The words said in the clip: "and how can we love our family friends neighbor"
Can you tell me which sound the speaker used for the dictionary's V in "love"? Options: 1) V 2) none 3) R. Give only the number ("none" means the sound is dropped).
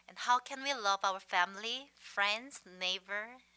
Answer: 1